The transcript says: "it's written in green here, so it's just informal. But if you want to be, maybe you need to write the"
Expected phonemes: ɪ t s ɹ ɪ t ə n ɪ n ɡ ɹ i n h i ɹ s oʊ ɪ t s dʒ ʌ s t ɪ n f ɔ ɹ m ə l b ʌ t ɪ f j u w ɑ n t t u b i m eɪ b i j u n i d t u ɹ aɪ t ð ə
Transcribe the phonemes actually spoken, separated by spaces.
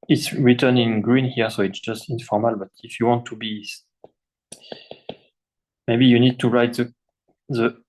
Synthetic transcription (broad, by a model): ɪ t s ɹ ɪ t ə n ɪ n ɡ ɹ i n h i ɹ s oʊ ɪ t s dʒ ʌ s t ɪ n f ɔ ɹ m ə l b ʌ t ɪ f j u w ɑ n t t u b i m eɪ b i j u n i d t u ɹ aɪ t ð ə